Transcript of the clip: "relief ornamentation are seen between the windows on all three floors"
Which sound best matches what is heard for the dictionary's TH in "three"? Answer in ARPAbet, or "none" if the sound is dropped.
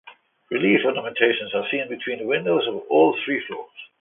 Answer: TH